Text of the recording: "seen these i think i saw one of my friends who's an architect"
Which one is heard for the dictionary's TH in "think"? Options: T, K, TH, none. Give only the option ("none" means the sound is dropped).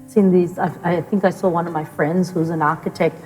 TH